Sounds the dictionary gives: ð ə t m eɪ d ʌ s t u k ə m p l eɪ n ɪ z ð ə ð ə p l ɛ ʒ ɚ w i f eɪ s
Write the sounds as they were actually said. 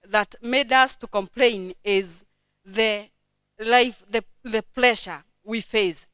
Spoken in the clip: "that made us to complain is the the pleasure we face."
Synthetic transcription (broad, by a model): ð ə t m eɪ d ʌ s t u k ə m p l eɪ n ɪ z ð ə ð ə p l ɛ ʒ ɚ w i f eɪ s